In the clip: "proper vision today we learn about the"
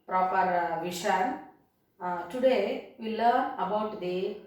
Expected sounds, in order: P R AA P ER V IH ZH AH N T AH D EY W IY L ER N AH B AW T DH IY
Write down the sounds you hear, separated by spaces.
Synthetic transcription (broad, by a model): P R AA P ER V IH SH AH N T AH D EY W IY L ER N AH B AW T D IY